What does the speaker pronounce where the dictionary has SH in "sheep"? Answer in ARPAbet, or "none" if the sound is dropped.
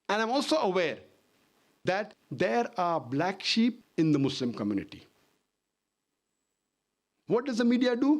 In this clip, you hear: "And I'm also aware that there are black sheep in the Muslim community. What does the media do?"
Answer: SH